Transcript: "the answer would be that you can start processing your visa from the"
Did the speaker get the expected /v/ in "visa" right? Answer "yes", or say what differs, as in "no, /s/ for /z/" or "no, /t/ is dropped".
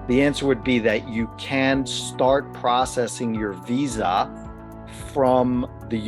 yes